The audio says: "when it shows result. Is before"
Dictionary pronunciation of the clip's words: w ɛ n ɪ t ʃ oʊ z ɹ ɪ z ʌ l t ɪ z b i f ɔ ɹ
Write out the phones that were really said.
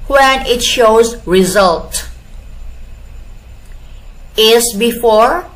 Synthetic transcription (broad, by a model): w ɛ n ɪ t ʃ oʊ z ɹ ɪ z ʌ l t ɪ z b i f ɔ ɹ